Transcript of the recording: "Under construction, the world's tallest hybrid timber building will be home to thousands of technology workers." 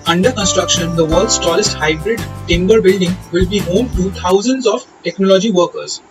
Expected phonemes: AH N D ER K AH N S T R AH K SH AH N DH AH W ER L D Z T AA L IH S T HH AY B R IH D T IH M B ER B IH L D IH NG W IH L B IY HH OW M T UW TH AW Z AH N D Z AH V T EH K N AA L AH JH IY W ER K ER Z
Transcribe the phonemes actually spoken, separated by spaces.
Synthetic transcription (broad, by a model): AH N D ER K AH N S T R AH K SH AH N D AH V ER L D S T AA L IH S T HH AY B R IH D T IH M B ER B IH L D IH NG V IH L B IY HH OW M T UW T AW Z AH N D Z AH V T EH K N AA L AH JH IY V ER K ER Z